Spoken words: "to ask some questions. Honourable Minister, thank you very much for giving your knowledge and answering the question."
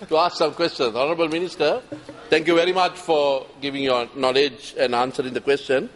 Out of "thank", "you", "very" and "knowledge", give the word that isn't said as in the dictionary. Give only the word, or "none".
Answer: thank